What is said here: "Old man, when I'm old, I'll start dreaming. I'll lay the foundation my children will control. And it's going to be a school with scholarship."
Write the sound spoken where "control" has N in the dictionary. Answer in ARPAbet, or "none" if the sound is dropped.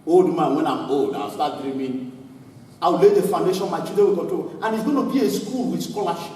none